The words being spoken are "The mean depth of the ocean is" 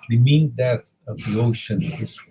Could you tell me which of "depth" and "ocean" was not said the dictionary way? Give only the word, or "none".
depth